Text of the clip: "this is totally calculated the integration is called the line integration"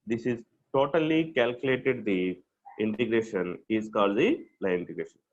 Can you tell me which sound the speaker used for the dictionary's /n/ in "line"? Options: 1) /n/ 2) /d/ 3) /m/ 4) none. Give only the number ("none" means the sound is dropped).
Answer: 4